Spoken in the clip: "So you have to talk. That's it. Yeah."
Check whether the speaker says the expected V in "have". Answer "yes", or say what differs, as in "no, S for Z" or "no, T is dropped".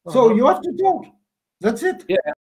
no, F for V